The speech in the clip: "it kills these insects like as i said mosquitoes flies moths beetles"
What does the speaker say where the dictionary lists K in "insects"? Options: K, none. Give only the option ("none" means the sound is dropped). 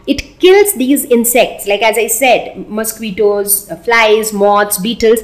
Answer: K